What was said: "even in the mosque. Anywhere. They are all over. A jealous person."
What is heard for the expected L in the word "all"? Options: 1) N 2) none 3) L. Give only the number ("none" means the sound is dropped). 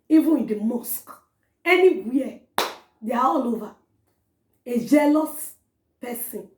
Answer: 3